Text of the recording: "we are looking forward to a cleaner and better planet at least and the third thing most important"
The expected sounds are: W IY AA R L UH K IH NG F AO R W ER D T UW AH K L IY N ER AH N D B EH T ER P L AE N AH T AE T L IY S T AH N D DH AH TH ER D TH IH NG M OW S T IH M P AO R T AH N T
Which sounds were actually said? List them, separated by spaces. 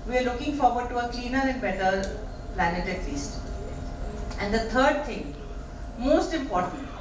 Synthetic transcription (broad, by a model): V IY AA R L UH K IH NG F AO R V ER D T UW AH K L IY N ER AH N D B EH T ER P L AE N AH T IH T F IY S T AH N D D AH T ER D T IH NG M OW S T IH M P AO R T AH N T